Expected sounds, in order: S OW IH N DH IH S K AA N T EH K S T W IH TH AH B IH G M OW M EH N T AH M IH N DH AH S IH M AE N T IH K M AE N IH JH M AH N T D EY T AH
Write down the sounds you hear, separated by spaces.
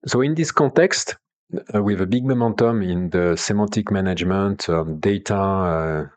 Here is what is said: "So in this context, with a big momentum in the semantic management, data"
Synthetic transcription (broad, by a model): S OW IH N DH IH S K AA T EH K S T W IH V AH B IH G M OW M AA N T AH M IH N DH AH S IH M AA T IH K M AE N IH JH M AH N T D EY T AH